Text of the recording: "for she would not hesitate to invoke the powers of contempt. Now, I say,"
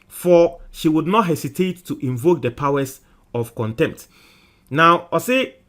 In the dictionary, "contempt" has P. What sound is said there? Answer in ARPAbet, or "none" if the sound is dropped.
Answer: P